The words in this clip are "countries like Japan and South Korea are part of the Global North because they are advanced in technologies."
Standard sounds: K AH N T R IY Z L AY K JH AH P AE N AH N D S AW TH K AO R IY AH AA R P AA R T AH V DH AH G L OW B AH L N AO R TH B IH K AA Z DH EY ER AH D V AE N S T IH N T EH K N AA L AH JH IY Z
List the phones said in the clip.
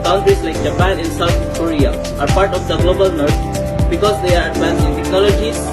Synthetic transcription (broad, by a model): K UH N T R IY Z L AY K JH AH P AE N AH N S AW T K AO R IY AH AA R P AA R T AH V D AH G L OW B AH L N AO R T B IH K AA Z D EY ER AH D P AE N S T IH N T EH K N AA L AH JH IY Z